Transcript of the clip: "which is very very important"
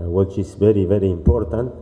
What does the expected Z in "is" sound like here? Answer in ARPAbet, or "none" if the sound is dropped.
S